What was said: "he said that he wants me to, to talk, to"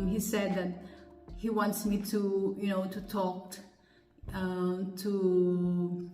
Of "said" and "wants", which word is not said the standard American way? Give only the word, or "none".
none